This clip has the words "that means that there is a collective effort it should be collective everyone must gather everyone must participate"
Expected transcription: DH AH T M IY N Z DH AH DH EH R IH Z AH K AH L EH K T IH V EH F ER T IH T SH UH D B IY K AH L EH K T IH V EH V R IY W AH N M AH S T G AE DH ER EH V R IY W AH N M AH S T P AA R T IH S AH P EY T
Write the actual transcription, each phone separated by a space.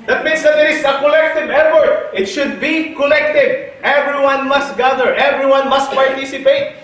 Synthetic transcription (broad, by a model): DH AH T M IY N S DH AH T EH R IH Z AH K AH L EH K T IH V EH P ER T IH T SH UH D B IY K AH L EH K T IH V EH V R IY W AH N M AH S T G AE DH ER EH V R IY W AH N M AH S T P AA R T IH S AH P EY T